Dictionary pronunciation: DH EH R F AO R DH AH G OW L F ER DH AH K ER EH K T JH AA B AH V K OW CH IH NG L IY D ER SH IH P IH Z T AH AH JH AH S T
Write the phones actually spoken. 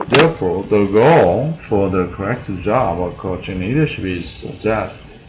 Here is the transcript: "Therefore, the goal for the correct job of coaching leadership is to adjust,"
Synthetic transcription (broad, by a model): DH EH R F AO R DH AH G OW L F ER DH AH K ER EH K T JH AA B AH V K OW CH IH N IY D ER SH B IH Z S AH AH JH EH S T